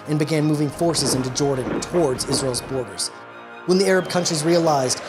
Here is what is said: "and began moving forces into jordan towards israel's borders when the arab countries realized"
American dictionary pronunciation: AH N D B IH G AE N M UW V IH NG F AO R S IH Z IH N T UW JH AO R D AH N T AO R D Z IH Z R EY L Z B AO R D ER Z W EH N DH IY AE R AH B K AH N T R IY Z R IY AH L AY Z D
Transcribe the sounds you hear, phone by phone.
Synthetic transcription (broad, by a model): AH N B IH G AE N M UW V IH NG F AO R S IH Z IH N T UW JH AO R D N T AO R D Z IH Z R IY L Z B AO R D ER Z W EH N DH IY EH R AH B K AH N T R IY Z R IY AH L AY Z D